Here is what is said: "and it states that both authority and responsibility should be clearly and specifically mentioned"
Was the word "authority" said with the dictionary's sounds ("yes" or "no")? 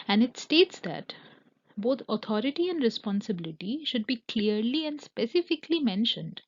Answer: no